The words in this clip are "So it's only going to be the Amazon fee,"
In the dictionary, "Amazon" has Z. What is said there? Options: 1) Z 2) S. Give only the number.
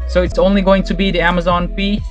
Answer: 1